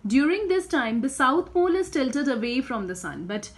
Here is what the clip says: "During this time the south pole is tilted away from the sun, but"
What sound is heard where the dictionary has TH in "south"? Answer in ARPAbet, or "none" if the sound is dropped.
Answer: T